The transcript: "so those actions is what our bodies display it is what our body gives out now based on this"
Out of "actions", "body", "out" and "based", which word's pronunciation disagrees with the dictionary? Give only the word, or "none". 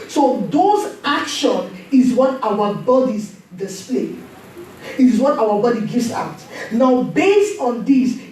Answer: actions